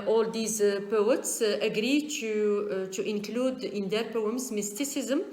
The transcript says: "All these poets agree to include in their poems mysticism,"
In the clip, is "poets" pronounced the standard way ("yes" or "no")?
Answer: yes